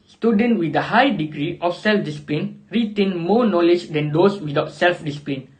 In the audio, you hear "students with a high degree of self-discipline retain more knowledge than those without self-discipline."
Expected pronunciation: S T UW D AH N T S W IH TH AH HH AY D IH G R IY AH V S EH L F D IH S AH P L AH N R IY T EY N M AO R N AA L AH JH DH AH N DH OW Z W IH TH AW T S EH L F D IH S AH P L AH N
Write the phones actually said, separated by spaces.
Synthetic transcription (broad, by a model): S T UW D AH N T W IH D AH HH AY D IH G R IY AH F S EH L F D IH S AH P L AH N R IY T EY N M AO N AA L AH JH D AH N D OW S W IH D AW T S EH L F D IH S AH P L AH N